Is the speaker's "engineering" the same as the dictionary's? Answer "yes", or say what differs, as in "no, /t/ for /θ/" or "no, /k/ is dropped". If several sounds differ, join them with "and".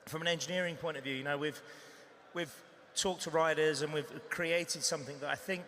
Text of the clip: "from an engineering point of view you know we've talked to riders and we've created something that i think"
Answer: yes